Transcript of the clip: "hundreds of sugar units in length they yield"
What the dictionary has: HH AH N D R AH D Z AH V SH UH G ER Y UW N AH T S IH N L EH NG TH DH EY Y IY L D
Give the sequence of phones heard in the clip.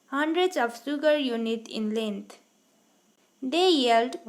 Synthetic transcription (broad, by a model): HH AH N D R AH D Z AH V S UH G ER Y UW N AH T IH N L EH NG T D EY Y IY L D